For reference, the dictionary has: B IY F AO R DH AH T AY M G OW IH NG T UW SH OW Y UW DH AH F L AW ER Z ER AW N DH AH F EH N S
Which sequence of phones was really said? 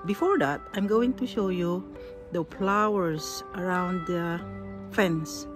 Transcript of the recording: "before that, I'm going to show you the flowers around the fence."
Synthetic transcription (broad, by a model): B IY F AO R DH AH T AY M G OW IH NG T UW SH OW Y UW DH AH P L AW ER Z ER AW N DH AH F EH N S